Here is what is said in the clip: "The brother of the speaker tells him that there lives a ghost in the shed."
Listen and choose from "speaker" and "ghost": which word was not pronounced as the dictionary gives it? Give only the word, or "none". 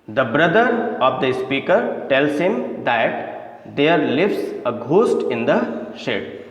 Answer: none